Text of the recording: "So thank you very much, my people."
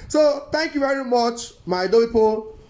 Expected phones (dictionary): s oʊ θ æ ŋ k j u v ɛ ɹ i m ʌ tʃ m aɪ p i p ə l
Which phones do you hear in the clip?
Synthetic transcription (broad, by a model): s oʊ t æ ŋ k j u v ɛ ɹ i m ʌ tʃ m aɪ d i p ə